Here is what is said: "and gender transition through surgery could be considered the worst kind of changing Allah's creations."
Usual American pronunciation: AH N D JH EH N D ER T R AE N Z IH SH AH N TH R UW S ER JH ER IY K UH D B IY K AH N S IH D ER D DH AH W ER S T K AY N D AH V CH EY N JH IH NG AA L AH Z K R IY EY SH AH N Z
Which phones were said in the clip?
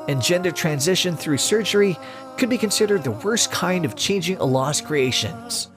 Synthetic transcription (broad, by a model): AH N JH EH N D ER T R AE N Z IH SH AH N TH R UW S ER JH ER IY K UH D B IY K AH N S IH D ER D DH AH W ER S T K AY N D AH V CH EY N JH IH NG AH L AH S K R IY EY SH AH N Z